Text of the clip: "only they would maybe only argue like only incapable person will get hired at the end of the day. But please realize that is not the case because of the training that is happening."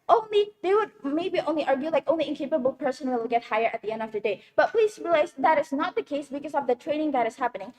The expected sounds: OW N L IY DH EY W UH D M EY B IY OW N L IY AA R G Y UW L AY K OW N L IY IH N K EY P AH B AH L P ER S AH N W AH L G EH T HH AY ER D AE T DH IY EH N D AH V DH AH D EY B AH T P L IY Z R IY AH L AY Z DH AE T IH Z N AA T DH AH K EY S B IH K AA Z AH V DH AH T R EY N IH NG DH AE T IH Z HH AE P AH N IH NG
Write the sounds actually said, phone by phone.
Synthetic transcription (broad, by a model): OW N L IY DH EY W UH D M EY B IY OW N L IY AA R G Y UW L AY K OW N L IY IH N K EY P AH B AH L P ER S AH N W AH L G EH T HH AY ER AE T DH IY EH N D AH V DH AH D EY B AH T P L IY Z R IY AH L AY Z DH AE T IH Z N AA T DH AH K EY S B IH K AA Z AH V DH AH T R EY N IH NG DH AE T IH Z HH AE P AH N IH NG